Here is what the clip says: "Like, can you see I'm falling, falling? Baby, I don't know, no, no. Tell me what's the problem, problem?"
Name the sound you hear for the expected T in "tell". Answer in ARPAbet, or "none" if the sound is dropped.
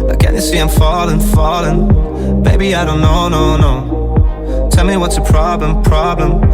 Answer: T